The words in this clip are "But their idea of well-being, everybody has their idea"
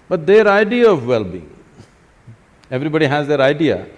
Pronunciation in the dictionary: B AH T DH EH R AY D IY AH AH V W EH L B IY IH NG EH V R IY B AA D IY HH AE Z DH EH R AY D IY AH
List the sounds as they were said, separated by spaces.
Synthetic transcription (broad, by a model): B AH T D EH R AY D IY AH AH V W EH L B IY IH NG EH V R IY B AA D IY HH AE Z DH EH R AY D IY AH